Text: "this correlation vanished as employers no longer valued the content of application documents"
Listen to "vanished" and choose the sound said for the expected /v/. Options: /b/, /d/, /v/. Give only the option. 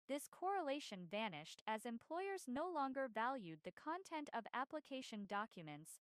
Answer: /v/